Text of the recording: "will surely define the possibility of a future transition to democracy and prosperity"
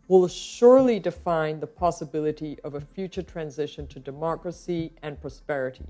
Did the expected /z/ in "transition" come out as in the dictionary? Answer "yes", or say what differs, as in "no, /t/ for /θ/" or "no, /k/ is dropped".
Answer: yes